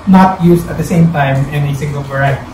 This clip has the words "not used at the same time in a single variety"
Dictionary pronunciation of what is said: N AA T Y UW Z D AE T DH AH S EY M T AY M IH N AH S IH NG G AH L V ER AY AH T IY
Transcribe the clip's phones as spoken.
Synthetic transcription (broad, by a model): N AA T Y UW S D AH T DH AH S EY M T AY M IH N AH S IH NG G AH L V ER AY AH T